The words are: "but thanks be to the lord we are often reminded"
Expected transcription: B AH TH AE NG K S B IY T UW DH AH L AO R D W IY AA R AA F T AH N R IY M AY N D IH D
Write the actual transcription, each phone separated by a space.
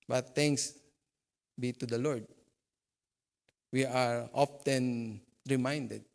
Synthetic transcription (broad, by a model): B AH T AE NG K S B IY T UW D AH L AO R D W IY AA R AA F T AH N R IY M AY N D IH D